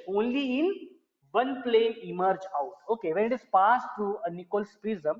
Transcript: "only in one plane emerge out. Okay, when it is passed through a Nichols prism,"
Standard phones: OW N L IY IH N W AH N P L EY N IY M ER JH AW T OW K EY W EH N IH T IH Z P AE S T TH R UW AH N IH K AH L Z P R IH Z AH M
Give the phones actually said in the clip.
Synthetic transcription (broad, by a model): OW N L IY IH N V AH N P L EY IY M ER JH AW T OW K EY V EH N IH T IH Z P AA S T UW AH N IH K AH L S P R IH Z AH M